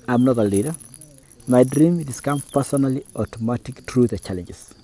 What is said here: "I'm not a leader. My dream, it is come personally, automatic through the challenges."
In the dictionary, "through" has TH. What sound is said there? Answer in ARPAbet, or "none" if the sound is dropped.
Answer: T